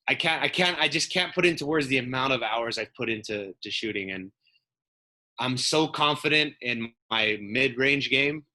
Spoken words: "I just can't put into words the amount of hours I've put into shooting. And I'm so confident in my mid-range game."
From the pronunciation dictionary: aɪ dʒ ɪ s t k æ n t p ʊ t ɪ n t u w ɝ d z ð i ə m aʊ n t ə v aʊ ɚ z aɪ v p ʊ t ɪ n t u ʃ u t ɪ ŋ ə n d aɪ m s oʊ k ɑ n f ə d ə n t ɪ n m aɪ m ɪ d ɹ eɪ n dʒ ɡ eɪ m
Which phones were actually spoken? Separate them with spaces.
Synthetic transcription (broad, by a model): aɪ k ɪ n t k æ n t p ʊ t ɪ n t u w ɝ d z ð i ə m aʊ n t ə v aʊ ɚ z aɪ v p ʊ t ɪ n t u ʃ u t ɪ ŋ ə n aɪ m s oʊ k ɑ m f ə d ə n t ɪ n m aɪ m ɪ d ɹ eɪ n dʒ ɡ eɪ m